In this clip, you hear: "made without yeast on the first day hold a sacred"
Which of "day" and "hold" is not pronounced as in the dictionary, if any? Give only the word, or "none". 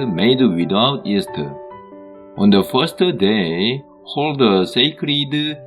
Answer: none